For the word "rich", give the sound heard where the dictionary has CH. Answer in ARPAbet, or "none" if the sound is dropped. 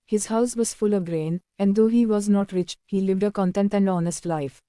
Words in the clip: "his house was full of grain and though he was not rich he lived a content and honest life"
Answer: CH